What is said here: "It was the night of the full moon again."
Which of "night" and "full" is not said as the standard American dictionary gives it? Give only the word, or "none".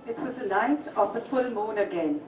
night